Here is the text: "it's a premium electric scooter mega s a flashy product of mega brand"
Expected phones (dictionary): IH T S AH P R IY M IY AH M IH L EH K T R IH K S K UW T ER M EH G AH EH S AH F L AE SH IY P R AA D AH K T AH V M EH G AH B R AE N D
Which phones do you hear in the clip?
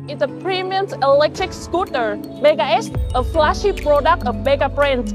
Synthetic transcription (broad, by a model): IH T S AH P R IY M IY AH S IH L EH K T R IH K S K UW T ER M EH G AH EH S AH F L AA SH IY P R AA D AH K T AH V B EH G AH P R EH N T